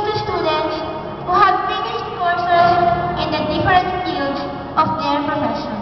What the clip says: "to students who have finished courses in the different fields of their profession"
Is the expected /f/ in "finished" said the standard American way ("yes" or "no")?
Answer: no